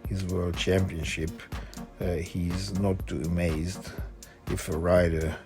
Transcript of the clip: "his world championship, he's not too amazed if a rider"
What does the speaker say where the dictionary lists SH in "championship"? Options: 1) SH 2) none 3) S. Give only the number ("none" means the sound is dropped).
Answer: 1